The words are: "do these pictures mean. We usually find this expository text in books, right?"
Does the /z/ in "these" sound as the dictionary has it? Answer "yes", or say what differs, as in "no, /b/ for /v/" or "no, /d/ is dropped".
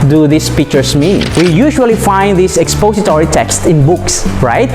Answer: no, /s/ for /z/